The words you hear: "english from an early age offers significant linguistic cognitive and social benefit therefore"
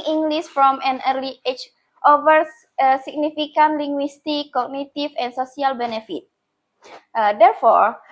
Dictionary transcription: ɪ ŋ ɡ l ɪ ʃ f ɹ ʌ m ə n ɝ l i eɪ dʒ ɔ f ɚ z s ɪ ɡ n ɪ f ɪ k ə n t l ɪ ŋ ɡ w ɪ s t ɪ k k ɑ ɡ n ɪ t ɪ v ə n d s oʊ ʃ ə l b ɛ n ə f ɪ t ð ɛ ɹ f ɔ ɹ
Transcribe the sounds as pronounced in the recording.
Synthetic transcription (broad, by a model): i ŋ ɡ l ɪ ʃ f ɹ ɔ m ə n ɝ l i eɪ tʃ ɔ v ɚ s s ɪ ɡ n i f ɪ k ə n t l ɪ ŋ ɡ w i s t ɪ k k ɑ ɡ n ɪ t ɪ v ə n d s oʊ s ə l b ɛ n ə f ɪ t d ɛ ɹ f ɔ ɹ